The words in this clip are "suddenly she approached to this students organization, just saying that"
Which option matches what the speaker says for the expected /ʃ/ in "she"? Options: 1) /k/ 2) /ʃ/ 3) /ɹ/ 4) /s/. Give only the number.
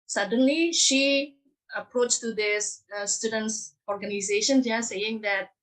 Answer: 2